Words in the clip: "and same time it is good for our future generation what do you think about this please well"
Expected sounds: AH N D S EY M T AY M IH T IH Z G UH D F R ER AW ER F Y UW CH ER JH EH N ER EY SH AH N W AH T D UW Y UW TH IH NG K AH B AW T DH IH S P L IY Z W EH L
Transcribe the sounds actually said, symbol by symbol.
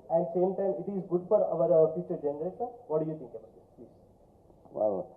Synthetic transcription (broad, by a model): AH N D S EY M T AY M IH T IH Z G UH D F R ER AW ER F Y UW CH ER JH EH N ER EY SH AH N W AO T D UW Y UW T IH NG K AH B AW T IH P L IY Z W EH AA